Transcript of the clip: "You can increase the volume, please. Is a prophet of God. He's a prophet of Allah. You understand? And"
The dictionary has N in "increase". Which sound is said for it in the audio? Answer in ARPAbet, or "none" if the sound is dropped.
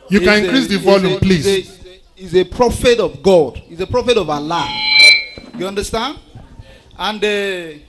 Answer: none